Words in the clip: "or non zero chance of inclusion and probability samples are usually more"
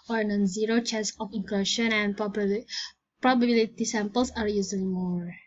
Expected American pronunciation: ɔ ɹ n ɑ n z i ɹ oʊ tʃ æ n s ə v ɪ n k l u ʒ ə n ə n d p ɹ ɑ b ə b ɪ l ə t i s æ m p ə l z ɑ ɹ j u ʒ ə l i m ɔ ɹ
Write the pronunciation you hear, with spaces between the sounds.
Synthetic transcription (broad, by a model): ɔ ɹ n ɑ n z i ɹ oʊ tʃ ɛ s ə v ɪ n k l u ʃ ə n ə n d p ɹ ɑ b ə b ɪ l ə t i s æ m p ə l s ɑ ɹ j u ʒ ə l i m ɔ ɹ